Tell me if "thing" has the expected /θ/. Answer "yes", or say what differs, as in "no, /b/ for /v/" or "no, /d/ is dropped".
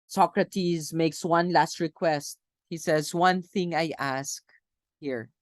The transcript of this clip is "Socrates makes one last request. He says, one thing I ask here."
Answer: yes